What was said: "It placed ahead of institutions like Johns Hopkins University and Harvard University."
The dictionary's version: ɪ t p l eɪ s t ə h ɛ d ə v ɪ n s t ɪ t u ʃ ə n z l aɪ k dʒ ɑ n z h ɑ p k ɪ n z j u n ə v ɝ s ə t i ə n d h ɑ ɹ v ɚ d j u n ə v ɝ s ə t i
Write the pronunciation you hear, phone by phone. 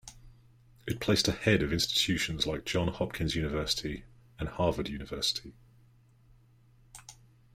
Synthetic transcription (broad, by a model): ɪ t p l eɪ s t ə h ɛ d ə v ɪ n s t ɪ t u ʃ ə n z l aɪ k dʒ ɑ n h ɑ p k ɪ n z j u n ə v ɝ s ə t i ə n h ɑ v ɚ d j u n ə v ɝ s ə t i